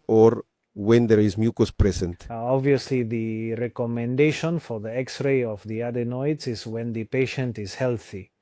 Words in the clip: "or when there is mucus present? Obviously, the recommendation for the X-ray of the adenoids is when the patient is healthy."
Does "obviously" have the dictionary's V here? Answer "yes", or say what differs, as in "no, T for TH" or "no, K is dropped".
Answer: yes